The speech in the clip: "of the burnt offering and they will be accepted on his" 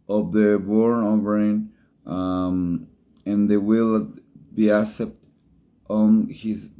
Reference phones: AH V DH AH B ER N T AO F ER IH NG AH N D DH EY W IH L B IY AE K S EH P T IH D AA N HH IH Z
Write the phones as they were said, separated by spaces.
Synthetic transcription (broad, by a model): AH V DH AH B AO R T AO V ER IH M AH N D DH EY W IH L B IY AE S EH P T AA N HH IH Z